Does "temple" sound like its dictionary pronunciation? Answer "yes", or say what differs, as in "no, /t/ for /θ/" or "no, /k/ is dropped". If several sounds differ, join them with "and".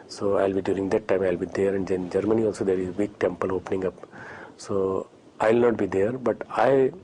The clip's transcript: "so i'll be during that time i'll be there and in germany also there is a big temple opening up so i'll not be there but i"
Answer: yes